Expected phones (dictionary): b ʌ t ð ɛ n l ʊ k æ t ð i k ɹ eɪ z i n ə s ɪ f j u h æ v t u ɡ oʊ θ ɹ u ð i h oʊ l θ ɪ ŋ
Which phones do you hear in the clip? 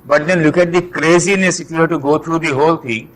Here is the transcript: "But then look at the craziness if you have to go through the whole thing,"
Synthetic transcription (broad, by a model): b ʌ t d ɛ n l ʊ k æ t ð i k ɹ eɪ z i n ə s ɪ f j u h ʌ t u ɡ oʊ t ɹ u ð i h oʊ l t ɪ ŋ